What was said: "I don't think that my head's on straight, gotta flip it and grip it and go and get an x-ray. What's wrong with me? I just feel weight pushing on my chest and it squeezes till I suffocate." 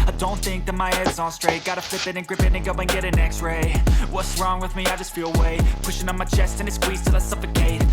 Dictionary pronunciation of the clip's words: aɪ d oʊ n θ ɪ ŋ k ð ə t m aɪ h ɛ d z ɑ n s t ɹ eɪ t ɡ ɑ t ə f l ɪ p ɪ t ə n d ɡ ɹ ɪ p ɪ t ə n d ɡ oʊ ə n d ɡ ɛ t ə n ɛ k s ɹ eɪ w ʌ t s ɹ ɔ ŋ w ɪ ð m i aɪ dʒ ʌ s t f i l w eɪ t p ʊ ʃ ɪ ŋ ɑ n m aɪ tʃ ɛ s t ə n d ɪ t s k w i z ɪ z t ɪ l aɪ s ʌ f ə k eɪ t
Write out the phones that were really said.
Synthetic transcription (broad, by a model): aɪ d oʊ n θ ɪ ŋ k ð ə t m aɪ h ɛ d ɪ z s t ɹ eɪ t ɡ ɑ t ə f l ɪ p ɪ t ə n ɡ ɹ ɪ p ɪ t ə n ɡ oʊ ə n ɡ ɛ t ə n ɛ k s ɹ eɪ w ʌ t s ɹ ɔ ŋ w ɪ ð m i aɪ dʒ ʌ s t f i l w eɪ p ʊ ʃ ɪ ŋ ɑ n m aɪ tʃ ɛ s t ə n ɪ t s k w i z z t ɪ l aɪ s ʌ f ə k eɪ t